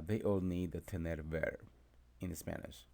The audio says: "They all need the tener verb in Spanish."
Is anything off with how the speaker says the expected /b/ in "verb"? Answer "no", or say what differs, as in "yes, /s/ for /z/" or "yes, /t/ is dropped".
yes, /b/ is dropped